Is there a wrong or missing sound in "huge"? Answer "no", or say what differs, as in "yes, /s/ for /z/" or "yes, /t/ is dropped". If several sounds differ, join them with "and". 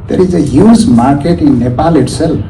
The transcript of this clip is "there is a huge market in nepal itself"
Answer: yes, /z/ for /dʒ/